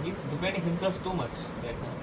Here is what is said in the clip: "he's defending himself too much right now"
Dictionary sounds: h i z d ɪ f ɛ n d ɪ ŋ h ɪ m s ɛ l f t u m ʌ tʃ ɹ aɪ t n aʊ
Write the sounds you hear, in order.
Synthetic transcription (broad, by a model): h i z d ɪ p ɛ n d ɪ h ɪ m s ɛ l f t u m ʌ tʃ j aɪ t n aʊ